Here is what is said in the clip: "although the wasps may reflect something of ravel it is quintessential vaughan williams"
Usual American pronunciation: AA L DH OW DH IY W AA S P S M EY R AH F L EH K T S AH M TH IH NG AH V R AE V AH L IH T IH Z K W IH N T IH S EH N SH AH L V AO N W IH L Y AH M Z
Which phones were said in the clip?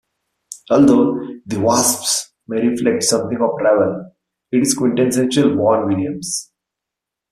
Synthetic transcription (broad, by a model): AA L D OW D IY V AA S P S M EY R AH F L EH K T S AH M T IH NG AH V R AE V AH L IH T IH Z K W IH N T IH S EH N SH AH L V AO N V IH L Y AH M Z